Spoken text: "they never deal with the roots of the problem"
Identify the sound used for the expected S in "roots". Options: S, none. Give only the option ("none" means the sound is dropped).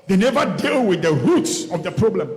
S